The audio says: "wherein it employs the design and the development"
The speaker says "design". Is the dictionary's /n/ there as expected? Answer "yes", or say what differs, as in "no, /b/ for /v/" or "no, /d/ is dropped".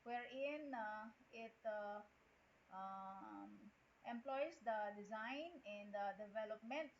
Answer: yes